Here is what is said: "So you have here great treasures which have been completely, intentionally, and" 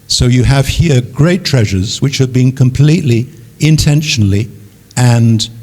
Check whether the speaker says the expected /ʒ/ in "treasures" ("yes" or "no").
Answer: yes